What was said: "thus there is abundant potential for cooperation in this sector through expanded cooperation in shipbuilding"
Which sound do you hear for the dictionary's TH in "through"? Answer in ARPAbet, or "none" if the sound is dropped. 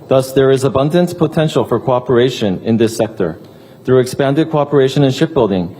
TH